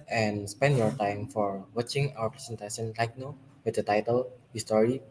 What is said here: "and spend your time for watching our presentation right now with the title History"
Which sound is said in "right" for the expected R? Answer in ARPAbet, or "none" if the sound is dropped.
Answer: L